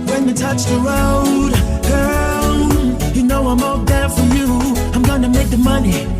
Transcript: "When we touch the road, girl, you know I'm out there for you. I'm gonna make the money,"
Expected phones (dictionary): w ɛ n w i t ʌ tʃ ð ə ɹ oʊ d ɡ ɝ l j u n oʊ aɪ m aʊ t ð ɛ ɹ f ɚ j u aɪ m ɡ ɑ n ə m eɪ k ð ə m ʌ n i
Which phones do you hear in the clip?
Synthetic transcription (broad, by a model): w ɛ n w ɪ t ʌ tʃ ð ə ɹ oʊ d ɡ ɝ n j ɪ n oʊ aɪ m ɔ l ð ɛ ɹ f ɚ j u aɪ m ɡ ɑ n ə m eɪ k ð ə m ʌ n i